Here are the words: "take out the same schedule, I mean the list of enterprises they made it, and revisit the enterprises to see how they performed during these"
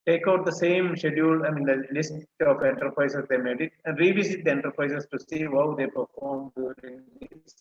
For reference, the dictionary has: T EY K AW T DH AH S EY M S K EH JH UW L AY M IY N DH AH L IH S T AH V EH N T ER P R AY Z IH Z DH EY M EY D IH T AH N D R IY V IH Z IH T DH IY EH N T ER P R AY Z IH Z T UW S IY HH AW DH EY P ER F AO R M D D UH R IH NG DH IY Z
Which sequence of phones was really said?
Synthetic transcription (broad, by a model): T EY K AW T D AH S EY M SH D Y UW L AY M IY N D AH L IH S T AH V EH N T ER P R AY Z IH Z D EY M EY D IH T AH N D R IY V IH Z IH T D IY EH N T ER P R AY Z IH S T UW S IY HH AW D EY P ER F AO R M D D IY IH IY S